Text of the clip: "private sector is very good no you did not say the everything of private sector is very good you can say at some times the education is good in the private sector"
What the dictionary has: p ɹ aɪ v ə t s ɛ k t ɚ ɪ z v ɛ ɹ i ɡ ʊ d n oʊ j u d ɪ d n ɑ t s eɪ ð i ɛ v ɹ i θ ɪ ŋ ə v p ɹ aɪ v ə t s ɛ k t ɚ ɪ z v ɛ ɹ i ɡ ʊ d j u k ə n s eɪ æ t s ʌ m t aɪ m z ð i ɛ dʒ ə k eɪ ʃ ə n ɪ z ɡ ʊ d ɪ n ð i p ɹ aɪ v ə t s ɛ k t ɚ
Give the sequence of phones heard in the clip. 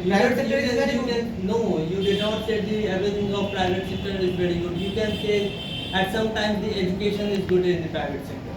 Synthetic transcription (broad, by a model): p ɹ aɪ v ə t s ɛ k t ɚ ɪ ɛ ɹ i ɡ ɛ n n oʊ j u d ɪ d n ɑ t s eɪ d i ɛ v i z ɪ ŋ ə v p ɹ aɪ v ə t s ɛ k t ɚ ɪ z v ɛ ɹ i ɡ ʊ d j u k ə n s eɪ æ t s ʌ m t aɪ m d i ɛ dʒ ə k eɪ ʃ ə n ɪ z ɡ ʊ d ɪ n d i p ɹ aɪ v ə t s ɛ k t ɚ